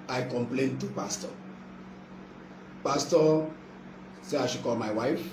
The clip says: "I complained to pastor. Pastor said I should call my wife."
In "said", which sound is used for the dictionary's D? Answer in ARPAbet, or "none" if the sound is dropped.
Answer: none